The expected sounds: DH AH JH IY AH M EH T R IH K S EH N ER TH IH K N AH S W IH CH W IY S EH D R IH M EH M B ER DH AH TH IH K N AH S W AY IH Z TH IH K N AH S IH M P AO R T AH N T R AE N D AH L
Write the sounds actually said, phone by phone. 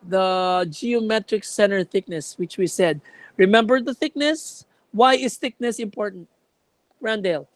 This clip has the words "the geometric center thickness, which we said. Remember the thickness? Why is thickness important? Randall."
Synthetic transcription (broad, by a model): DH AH JH IY AH M EH T R IH K S EH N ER TH IH K N AH S W IH CH W IY S EH D R IH M EH M B ER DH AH TH IH K N AH S W AY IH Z TH IH K N AH S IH M P AO R T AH N T R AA N D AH L